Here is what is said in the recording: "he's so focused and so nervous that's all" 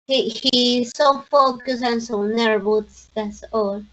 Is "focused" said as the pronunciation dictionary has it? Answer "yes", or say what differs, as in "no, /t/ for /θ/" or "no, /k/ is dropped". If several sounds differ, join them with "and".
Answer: no, /t/ is dropped